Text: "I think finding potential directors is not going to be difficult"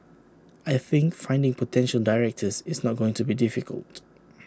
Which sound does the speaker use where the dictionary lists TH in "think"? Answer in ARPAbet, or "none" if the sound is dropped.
TH